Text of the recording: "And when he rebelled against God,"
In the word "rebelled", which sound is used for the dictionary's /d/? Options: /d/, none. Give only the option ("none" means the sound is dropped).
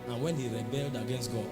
/d/